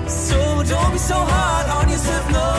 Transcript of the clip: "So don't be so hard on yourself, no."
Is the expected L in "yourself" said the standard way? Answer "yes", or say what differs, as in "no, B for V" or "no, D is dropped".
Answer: no, L is dropped